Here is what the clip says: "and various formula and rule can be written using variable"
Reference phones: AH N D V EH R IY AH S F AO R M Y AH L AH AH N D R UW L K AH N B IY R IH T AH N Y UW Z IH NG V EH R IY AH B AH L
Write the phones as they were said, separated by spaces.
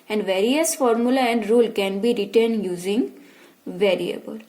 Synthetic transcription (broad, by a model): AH N D V EH R IY AH S F AO R M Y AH L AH AH N D R UW L K AH N B IY R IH T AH N Y UW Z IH NG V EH R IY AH B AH L